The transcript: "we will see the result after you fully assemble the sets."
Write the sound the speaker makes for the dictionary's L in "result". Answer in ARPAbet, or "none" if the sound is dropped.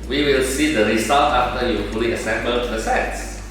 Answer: none